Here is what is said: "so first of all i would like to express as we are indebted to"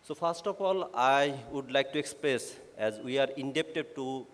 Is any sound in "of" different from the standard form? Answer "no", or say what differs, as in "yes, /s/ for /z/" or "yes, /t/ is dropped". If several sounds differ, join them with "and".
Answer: yes, /p/ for /v/